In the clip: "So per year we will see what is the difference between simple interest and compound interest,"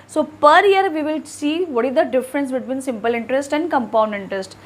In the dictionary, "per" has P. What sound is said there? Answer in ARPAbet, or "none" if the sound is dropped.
P